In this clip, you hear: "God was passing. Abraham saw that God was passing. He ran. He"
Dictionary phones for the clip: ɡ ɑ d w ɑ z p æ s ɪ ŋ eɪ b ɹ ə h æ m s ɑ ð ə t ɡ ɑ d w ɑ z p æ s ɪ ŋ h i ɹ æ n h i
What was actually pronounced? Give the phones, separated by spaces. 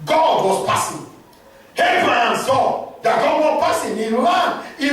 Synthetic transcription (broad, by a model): ɡ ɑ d w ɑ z p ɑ s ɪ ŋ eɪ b ɹ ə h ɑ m s ɑ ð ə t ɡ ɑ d w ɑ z p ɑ s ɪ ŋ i l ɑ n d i